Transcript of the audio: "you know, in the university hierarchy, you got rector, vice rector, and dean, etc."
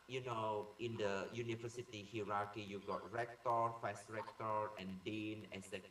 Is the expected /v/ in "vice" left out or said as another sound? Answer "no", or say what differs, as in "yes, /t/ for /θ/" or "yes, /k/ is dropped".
yes, /f/ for /v/